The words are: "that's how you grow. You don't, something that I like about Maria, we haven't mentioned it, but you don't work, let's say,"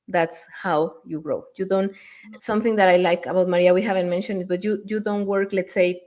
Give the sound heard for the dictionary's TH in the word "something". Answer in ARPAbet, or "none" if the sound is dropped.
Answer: TH